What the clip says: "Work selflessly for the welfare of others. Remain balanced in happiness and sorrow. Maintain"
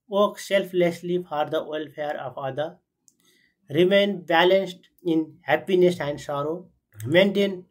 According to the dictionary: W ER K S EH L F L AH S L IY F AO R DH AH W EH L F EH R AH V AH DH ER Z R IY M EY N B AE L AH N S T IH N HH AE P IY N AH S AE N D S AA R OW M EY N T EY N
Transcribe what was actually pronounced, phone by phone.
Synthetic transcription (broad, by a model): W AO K S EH L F L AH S L IY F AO R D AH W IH L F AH R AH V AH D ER R IY M EY N B AE L AH N S T IH N HH AE P IY N AH S AE N D S AA R OW M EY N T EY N